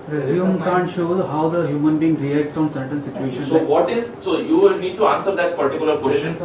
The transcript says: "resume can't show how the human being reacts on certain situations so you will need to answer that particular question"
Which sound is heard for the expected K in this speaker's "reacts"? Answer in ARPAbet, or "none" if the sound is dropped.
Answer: K